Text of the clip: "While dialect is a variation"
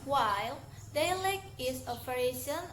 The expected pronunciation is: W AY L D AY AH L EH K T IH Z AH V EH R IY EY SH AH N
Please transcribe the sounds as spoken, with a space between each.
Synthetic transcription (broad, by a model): W AY L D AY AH L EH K IH S AH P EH R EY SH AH N